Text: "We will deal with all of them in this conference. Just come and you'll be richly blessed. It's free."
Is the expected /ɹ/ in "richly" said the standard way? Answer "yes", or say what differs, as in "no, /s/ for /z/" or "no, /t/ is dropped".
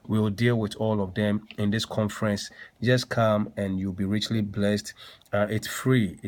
yes